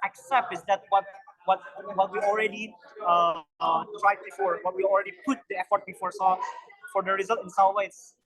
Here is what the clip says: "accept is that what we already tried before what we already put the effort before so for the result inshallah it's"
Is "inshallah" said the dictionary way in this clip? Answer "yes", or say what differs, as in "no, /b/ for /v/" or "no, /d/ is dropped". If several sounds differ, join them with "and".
no, /s/ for /ʃ/ and /w/ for /l/